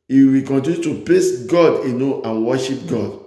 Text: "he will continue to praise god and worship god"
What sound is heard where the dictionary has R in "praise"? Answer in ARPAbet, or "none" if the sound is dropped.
L